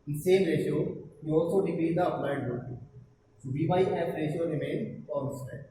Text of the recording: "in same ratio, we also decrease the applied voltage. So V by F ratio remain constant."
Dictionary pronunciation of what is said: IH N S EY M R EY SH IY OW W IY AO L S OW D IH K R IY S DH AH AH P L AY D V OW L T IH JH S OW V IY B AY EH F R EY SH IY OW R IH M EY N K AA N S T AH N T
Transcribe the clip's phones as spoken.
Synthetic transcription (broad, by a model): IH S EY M R EY SH IY OW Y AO S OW D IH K R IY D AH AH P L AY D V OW T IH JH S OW B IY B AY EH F R EY SH IY OW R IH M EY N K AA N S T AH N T